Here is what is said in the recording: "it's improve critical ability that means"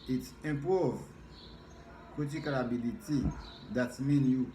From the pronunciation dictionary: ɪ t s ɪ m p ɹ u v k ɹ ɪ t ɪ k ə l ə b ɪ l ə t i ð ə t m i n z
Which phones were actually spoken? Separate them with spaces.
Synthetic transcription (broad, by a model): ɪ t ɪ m p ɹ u v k ɔ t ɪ k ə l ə b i l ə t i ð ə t m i n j